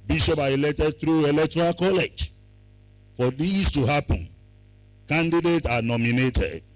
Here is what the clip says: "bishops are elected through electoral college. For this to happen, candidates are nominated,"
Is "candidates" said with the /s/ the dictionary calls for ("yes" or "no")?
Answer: no